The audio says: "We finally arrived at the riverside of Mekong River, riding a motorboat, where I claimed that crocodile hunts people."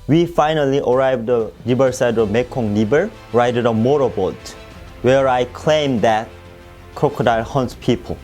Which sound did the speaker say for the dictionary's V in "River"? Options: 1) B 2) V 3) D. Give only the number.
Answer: 1